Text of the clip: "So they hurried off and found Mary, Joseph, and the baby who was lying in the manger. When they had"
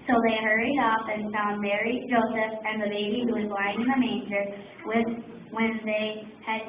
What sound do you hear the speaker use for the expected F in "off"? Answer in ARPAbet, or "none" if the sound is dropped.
F